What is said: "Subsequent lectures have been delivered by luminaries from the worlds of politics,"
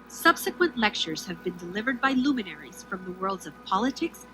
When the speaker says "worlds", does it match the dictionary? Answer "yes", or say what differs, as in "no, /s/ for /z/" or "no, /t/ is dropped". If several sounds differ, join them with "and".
yes